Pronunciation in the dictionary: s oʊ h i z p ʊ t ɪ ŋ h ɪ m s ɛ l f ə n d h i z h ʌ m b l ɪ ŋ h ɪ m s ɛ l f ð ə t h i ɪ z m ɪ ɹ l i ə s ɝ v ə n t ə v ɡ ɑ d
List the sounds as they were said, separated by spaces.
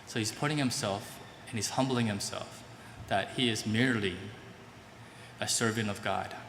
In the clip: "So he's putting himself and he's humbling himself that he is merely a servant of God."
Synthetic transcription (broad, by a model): s oʊ h i z p ʊ t ɪ ŋ h ɪ m s ɛ l f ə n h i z h ʌ m b l ɪ ŋ h ɪ m s ɛ l f ð ə t h i ɪ z m ɪ ɹ l i ə s ɝ v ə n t ə v ɡ ɑ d